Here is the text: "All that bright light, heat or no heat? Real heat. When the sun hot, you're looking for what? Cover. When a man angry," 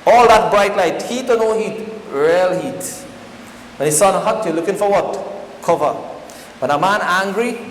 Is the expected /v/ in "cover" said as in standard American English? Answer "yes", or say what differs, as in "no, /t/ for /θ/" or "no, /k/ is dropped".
yes